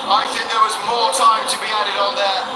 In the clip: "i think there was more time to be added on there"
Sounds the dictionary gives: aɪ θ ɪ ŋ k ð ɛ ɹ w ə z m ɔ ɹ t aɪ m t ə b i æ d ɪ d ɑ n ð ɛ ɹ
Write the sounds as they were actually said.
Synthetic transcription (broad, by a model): aɪ θ ɪ ŋ k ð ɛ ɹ w ə z m ɔ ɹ t aɪ m t ə b i æ d ɪ d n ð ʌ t